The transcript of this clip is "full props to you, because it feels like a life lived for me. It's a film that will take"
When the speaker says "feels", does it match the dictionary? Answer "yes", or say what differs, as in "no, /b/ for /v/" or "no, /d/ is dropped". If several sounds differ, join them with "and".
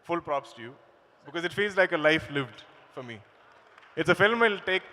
yes